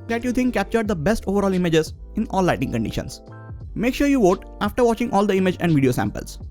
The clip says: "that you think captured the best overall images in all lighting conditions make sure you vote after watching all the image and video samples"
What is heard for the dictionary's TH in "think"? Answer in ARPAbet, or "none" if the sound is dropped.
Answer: T